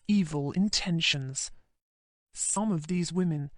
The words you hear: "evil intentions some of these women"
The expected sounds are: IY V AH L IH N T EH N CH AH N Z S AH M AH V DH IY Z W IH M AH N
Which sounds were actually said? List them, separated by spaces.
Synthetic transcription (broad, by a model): IY V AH L IH N T EH N SH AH N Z S AH M AH V DH IY Z W IH M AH N